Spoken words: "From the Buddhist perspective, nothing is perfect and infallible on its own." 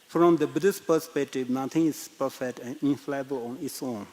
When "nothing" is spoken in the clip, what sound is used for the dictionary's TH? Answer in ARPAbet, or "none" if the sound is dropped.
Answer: T